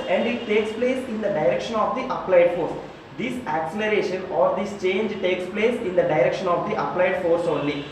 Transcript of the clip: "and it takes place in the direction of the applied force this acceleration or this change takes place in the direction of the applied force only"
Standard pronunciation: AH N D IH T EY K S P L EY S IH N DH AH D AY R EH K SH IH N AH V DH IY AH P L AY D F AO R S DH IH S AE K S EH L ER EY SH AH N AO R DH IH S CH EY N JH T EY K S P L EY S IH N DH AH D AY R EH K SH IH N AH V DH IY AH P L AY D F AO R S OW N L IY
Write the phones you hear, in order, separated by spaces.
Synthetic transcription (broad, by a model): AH N D IH T EY K S P L EY S IH N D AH D AY R EH K SH IH N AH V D IY AH P L AY D F AO R S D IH S AE K S EH L ER EY SH AH N AO R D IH S CH EY N JH T EY K S P L EY S IH N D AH D AY R EH K SH IH N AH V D IY AH P L AY D F AO R S OW N L IY